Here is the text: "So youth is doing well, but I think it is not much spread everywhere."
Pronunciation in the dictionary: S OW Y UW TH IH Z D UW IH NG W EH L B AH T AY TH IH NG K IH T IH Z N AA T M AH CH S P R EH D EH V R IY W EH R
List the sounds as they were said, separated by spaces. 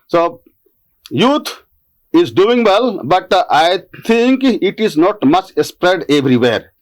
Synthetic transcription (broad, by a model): S OW Y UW T IH Z D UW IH NG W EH L B AH T AY T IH NG K IH T IH Z N AA T M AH CH S P R EH D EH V R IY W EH R